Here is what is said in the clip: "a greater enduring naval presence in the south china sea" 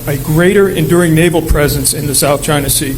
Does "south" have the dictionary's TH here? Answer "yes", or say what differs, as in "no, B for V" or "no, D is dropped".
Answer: yes